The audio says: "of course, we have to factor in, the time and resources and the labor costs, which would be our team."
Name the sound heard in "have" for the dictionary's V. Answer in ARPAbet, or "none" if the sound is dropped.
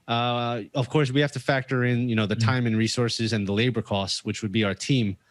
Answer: F